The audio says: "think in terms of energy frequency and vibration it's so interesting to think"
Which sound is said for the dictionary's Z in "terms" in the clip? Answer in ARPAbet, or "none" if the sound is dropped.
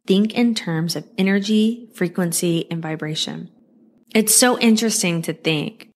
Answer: Z